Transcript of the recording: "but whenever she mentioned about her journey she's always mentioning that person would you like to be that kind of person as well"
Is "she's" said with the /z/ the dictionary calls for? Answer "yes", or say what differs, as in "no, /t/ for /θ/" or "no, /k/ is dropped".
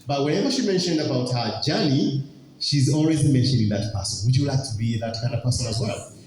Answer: yes